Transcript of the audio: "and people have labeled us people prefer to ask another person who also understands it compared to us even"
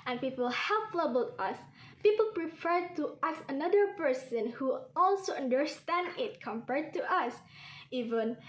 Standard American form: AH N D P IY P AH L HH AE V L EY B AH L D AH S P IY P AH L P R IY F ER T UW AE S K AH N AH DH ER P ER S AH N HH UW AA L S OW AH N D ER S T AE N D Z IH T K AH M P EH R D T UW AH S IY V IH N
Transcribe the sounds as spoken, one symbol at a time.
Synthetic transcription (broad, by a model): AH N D P IY P AH L HH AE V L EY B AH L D AH S P IY P AH L P R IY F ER T UW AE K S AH N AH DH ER P ER S AH N HH UW AA L S OW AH N D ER S T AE N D IH T K AH M P EH R D T UW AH S IY V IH N